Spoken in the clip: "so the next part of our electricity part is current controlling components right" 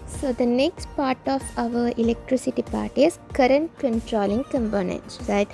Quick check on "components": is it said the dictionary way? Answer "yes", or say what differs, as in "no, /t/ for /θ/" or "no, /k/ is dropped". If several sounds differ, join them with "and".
no, /s/ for /t/